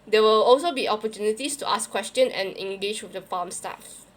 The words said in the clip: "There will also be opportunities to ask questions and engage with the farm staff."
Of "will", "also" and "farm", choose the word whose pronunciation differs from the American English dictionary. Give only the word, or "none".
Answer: farm